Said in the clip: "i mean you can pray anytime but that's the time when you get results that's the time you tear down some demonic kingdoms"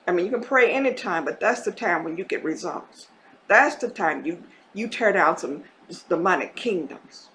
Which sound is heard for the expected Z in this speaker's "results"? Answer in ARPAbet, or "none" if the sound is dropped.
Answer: Z